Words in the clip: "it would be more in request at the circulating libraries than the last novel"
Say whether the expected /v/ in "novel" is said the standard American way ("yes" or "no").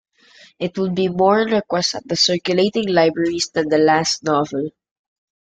yes